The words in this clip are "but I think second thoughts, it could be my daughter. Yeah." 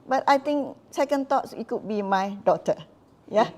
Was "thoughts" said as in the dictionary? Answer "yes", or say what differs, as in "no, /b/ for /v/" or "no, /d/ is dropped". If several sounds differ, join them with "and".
no, /t/ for /θ/